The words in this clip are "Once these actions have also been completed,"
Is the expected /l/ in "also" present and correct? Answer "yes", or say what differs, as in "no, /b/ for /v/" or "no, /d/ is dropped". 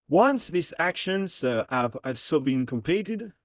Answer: no, /l/ is dropped